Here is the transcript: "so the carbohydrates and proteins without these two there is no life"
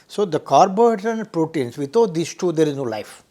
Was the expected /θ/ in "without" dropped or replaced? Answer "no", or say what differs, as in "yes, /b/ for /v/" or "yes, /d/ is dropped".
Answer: yes, /t/ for /θ/